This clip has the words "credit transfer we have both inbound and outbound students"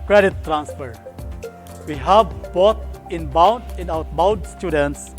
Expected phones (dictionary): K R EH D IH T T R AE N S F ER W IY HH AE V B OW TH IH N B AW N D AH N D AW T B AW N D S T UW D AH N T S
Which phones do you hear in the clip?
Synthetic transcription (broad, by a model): K R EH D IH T T R AE N S F ER W IY HH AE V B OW T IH N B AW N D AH N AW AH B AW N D S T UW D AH N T S